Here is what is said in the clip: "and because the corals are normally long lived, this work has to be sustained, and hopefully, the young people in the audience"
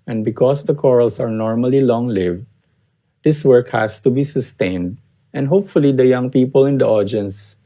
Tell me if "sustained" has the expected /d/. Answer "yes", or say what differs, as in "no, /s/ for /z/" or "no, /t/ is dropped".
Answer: yes